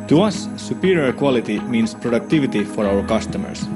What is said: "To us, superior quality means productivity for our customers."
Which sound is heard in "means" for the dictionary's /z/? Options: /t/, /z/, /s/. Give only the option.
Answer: /s/